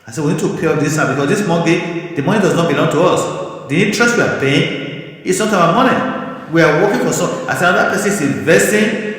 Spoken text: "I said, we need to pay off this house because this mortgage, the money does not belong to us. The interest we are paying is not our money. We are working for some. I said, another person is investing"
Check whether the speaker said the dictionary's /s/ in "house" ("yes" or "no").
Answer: no